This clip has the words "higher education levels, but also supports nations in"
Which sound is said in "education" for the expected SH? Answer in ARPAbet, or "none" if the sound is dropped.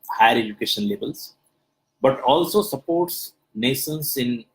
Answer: SH